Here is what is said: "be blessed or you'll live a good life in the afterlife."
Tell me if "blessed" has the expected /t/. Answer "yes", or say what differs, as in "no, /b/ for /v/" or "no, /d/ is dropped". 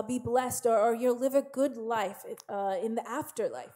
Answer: yes